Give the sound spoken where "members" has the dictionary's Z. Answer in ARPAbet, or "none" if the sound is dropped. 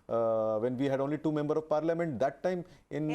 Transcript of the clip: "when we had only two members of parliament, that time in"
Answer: none